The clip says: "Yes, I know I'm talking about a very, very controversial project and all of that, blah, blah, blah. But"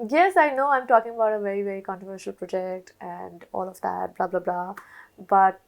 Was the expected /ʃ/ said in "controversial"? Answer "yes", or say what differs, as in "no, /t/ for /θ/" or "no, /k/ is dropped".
yes